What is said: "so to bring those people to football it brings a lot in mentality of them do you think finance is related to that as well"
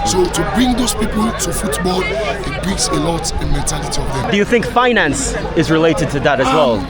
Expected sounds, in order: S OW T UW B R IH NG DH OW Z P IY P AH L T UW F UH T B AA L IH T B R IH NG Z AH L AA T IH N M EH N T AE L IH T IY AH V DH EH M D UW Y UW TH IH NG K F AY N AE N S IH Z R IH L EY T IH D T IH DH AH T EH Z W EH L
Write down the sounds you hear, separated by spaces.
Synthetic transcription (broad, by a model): S OW T UW B R IH NG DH OW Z P IY P AH L T UW F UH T B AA L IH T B R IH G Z AH L AA T IH N M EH N T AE L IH T IY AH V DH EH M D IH Y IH TH IH NG K F AY N AE N S IH Z R IH L EY T IH D T IH DH AH T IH Z W EH L